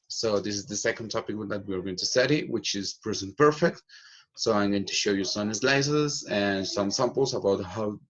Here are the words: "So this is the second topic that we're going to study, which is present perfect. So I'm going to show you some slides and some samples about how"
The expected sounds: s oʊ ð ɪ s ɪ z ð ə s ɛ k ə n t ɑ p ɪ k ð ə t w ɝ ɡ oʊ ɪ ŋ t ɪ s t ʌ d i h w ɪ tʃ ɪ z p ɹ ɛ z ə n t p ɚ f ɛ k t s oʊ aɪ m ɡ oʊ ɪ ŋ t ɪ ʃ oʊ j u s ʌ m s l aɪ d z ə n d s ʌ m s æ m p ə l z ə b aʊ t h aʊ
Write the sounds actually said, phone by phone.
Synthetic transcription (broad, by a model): s oʊ ð ɪ s ɪ z ð ə s ɛ k ə n t ɑ p ɪ k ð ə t w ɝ ɡ oʊ ɪ ŋ t ɪ s t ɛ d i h w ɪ tʃ ɪ z p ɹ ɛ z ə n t p ɚ f ɛ k t s oʊ aɪ m ɡ oʊ ɪ ŋ t ɪ ʃ oʊ j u s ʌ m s l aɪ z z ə n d s ʌ m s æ m p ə l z ə b aʊ t h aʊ